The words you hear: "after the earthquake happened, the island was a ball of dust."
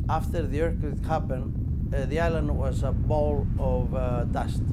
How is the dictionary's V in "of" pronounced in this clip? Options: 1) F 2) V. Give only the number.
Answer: 2